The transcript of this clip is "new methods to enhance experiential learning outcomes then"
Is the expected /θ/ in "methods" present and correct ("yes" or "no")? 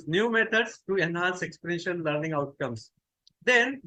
no